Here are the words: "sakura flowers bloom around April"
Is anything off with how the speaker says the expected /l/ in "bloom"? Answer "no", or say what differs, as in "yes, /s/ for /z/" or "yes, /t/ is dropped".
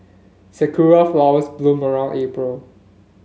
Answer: no